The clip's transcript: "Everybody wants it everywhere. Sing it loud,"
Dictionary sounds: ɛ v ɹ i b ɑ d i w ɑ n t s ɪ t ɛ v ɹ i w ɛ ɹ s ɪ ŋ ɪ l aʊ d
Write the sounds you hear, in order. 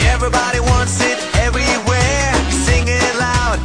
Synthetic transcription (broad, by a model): ɛ v ɹ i b ɑ d i w ɑ n t s ɪ t ɛ v ɹ i w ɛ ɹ s ɪ ŋ ɪ l aʊ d